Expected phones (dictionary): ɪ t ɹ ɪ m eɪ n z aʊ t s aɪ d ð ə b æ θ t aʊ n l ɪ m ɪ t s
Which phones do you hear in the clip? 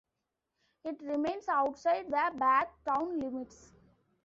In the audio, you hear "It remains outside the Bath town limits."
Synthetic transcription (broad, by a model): ɪ t ɹ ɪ m eɪ n s aʊ t s aɪ d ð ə b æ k t aʊ n l ɪ m ɪ t s